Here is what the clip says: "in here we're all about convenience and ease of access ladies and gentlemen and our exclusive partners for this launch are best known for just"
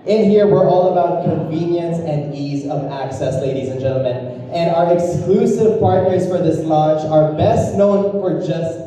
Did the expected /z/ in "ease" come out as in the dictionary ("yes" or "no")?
yes